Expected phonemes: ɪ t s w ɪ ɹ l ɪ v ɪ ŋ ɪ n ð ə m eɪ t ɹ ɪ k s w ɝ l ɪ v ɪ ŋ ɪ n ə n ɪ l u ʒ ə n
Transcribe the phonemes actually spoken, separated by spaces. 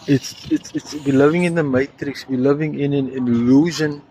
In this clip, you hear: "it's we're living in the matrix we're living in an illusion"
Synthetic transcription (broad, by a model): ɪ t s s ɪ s l ɪ v ɪ ŋ ɪ n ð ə m eɪ t ɹ ɪ k s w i l ɪ v ɪ ŋ ɪ n ə n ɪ l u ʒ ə n